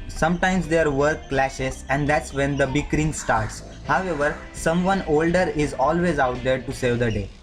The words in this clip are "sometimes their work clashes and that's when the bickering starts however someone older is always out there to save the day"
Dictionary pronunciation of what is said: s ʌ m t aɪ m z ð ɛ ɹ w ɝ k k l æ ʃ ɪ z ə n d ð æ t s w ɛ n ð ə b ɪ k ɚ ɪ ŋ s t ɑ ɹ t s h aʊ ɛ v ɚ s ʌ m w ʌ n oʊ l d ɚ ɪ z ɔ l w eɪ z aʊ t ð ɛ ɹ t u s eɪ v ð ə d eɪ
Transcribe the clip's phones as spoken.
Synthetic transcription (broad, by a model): s ʌ m t aɪ m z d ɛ ɹ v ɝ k k l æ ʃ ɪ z ə n d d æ t s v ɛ n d ə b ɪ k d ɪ ŋ s t ɑ ɹ t s h aʊ ɛ v ɚ s ʌ m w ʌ n oʊ l d ɚ ɪ z ɔ l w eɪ z aʊ t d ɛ ɹ t u s eɪ v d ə d eɪ